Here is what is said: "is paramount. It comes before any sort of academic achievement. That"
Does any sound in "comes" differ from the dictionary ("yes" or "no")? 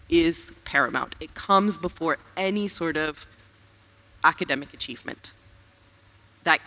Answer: no